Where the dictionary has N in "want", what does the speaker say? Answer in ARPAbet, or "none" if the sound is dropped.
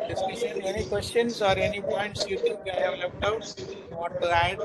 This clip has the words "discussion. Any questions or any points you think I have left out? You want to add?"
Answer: none